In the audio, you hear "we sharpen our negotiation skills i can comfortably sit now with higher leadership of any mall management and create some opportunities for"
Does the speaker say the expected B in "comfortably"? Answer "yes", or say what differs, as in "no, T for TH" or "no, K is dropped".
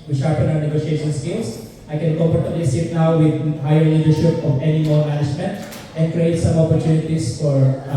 no, B is dropped